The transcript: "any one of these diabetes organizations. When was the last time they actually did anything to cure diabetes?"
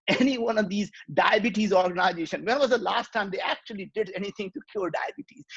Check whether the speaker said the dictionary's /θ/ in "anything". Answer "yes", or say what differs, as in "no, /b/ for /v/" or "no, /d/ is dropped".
no, /t/ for /θ/